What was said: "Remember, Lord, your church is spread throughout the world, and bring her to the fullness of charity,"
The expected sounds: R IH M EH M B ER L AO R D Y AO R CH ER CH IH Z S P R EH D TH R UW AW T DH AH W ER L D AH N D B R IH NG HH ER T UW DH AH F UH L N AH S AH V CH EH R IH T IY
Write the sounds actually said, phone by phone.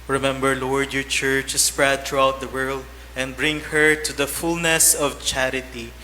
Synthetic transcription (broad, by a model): R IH M EH M B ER L AO R D Y AO R CH ER CH S P R EH D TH R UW AW T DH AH W ER L D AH N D B R IH NG HH ER T UW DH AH F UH L N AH S AH V CH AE R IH T IY